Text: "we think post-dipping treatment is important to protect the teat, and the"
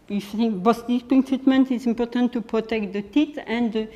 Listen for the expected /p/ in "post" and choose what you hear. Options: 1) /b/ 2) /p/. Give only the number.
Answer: 1